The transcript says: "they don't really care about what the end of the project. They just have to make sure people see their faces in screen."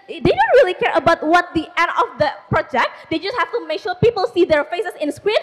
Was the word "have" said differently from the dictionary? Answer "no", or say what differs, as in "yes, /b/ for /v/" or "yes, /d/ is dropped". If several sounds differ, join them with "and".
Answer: yes, /f/ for /v/